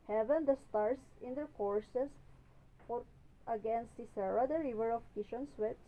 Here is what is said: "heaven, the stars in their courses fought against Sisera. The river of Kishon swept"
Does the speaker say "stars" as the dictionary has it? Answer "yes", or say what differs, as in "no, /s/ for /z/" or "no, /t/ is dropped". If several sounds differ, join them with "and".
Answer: no, /s/ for /z/